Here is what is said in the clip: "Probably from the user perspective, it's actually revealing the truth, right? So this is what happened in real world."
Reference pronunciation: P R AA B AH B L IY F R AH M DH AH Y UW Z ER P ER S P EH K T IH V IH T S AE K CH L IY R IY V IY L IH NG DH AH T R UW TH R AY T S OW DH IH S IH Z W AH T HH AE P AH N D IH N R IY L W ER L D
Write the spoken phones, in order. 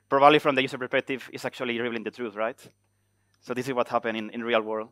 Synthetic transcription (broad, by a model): P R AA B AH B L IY F R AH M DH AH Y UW S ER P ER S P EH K T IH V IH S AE K CH IY L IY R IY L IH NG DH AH T R UW TH R AY T S OW DH IH S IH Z W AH T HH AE P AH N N IH N R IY L W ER L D